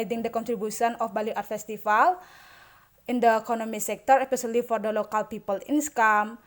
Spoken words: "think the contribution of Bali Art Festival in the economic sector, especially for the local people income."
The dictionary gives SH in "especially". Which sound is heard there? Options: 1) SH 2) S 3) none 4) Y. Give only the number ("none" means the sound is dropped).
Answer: 2